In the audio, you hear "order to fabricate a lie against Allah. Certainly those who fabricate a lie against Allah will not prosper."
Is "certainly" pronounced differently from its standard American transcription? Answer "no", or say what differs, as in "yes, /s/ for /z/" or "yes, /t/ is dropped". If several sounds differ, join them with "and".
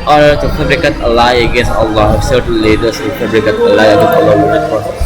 yes, /s/ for /t/